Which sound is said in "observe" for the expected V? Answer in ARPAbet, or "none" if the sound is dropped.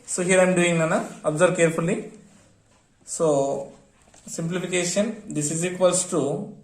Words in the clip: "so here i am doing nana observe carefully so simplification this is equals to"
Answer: B